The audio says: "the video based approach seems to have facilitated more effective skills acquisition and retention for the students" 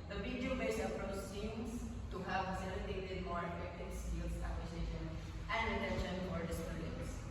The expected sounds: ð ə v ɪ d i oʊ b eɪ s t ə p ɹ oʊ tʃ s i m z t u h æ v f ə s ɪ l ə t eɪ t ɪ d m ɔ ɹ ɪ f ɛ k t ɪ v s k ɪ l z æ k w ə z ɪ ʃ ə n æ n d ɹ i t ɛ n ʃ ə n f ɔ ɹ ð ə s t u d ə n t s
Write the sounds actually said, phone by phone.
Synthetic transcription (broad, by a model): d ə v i d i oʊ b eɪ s ə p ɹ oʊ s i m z t u h æ v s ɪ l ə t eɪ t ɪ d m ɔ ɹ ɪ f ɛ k t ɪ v s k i l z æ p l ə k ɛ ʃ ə n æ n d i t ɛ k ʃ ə n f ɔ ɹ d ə s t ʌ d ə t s